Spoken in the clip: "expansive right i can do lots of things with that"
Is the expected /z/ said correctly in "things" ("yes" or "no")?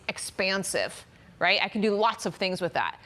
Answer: yes